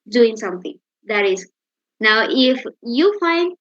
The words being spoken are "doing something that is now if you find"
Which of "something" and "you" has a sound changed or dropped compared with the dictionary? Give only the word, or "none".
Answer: something